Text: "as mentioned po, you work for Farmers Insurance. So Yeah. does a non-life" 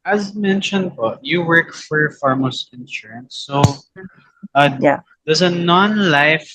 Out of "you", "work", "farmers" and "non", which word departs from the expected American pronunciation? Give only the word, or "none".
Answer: farmers